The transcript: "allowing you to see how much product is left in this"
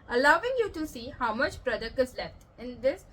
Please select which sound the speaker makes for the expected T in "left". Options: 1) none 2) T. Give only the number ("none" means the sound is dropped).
2